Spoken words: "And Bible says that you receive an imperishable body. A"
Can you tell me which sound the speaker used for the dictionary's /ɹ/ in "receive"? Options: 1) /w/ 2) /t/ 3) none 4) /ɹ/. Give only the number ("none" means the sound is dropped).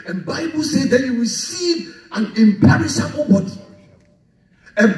1